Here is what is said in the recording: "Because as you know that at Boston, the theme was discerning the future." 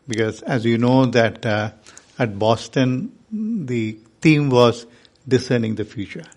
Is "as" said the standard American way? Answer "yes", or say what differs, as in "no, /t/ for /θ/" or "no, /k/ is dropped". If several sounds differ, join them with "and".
yes